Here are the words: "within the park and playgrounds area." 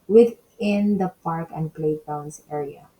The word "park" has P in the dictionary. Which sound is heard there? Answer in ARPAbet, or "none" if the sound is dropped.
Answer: P